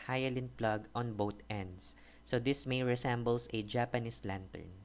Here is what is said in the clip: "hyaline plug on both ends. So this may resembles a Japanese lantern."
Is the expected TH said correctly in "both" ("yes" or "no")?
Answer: no